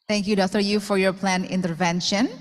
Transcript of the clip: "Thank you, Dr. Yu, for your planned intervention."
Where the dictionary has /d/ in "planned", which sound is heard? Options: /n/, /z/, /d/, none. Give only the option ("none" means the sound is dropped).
none